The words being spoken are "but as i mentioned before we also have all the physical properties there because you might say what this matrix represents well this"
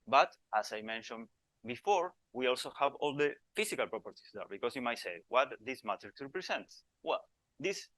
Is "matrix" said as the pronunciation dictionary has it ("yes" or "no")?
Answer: no